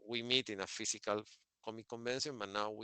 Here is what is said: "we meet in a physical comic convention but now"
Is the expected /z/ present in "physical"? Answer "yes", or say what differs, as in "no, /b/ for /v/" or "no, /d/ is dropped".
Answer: no, /s/ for /z/